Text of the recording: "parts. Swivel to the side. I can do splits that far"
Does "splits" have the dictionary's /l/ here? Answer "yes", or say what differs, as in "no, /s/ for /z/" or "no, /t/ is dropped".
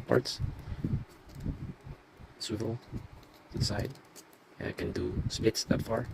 no, /l/ is dropped